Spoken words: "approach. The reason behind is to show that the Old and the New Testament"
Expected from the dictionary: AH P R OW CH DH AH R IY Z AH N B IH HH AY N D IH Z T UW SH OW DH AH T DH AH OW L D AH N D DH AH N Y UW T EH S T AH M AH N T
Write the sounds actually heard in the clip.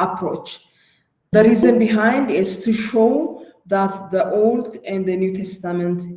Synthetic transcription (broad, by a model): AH P R OW CH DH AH R IY Z AH N B IH HH AY N D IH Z T UW SH OW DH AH T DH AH OW L D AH N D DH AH N Y UW T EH S T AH M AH N T